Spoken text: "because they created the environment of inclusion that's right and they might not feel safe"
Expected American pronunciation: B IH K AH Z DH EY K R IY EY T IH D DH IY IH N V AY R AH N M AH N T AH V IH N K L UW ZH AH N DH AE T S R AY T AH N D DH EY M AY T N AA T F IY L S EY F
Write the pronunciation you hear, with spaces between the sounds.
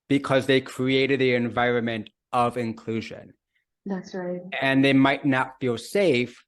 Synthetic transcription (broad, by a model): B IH K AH Z DH EY K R IY EY T IH D DH IY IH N V AY R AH N M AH N T AH V IH N K L UW ZH AH N DH AE T S R AY T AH N DH EY M AY T N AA T F IY L S EY F